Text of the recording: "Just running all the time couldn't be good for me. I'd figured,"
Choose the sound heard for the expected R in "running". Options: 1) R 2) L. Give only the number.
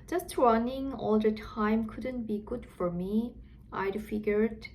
1